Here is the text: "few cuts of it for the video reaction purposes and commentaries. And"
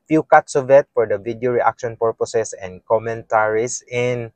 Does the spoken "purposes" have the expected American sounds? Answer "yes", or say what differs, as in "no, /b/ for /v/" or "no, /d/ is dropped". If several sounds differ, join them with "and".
no, /s/ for /z/